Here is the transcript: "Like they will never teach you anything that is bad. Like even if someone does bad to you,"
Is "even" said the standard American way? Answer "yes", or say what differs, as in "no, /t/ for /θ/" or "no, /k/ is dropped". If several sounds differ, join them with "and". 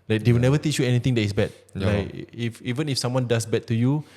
yes